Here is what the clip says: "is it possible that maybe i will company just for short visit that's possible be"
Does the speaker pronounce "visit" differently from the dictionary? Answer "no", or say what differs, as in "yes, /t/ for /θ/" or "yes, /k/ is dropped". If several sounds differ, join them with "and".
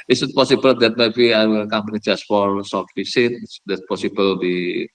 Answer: yes, /s/ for /z/